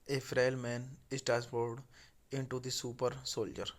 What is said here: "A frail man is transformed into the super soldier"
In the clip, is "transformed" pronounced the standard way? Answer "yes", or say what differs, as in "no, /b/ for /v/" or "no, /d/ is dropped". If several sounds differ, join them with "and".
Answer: no, /n/ is dropped and /m/ is dropped